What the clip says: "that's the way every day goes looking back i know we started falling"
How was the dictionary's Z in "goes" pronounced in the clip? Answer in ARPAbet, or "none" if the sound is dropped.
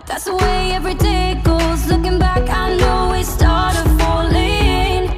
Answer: Z